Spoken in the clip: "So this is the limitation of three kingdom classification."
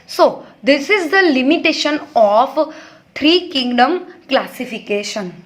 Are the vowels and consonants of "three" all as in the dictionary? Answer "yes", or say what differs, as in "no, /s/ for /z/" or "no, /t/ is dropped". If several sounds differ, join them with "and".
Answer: no, /t/ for /θ/